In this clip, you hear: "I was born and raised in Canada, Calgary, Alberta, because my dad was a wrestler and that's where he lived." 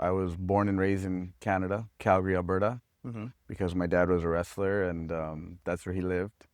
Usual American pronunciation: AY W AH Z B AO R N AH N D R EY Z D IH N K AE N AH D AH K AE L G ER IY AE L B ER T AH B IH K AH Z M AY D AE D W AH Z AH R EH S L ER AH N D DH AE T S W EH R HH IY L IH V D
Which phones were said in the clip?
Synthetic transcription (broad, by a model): AY W AH Z B AO R N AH N R EY Z IH N K AE N AH D AH K AE L G ER IY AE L B ER T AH B IH K AH Z M AY D AE D W AH Z AH R EH S L ER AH N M DH AE T S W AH R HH IY L IH V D